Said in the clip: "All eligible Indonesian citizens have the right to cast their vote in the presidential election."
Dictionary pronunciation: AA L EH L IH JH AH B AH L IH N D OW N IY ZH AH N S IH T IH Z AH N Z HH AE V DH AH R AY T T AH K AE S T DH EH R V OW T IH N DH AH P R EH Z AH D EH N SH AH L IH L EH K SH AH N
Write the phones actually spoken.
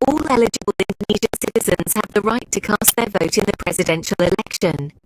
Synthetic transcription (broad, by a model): AA L EH L IH JH AH B AH L IH N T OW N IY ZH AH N S IH T IH Z AH N Z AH V DH AH R AY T T AH K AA S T DH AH V OW T IH N DH AH P R EH Z AH D EH N SH AH L IH L EH K SH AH N